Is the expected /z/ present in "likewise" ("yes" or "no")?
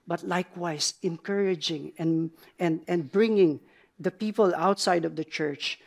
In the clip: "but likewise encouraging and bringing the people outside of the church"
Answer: no